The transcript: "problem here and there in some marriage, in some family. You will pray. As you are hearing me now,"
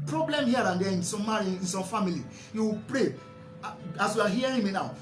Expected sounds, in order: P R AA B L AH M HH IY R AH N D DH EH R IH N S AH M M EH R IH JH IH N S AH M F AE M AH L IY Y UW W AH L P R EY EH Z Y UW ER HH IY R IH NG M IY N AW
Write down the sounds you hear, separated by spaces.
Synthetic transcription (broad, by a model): P R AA B L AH M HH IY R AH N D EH IH N S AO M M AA R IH IH N S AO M F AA M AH L IY Y UW W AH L P R EY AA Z Y UW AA HH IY R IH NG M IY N AW